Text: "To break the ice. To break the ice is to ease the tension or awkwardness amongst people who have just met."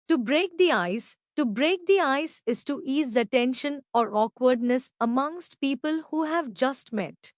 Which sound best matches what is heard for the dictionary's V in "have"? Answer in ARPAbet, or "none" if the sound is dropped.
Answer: V